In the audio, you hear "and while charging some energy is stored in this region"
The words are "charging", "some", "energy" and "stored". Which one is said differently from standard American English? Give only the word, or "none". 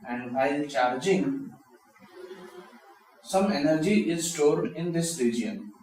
none